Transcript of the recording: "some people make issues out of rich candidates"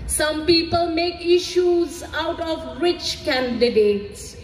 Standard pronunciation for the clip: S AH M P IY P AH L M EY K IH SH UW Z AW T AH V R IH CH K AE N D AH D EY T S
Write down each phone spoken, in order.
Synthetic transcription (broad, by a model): S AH M P IY P AH L M EY K IH SH UW Z AW T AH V R IH CH K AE N D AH D EY T S